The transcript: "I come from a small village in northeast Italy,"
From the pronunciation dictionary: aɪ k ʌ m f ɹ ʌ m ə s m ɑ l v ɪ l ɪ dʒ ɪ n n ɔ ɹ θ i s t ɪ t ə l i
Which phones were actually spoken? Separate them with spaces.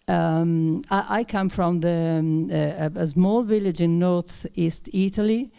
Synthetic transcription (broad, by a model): aɪ k ʌ m f ɹ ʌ m ə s m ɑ l v ɪ l ɪ dʒ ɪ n n ɔ ɹ θ i s t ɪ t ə l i